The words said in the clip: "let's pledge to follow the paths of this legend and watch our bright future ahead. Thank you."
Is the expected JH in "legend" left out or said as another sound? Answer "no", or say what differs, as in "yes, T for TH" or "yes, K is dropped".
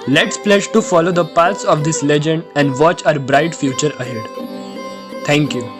no